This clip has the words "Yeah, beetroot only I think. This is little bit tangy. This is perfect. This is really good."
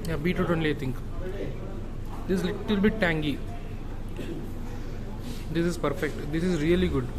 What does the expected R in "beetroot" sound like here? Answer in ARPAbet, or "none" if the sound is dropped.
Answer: none